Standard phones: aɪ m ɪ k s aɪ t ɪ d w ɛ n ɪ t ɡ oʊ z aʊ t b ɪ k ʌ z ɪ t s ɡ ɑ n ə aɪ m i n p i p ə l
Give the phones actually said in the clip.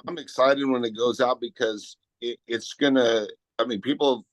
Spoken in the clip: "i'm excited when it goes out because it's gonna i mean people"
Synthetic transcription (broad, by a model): aɪ m ɪ k s aɪ t ɪ d w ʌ n ɪ t ɡ oʊ z aʊ t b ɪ k ʌ z ɪ t s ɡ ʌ n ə aɪ m i n p i p l